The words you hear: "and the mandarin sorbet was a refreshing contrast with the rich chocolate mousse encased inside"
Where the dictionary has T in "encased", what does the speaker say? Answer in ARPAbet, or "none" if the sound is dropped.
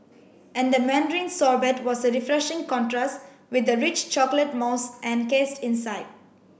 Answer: T